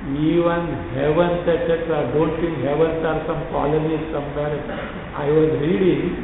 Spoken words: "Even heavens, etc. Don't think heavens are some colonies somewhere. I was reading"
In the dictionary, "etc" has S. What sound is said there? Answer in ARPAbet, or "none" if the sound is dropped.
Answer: none